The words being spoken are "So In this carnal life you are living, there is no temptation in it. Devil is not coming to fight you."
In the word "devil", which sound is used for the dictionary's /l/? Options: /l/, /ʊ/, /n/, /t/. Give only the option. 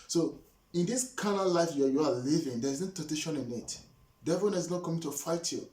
/n/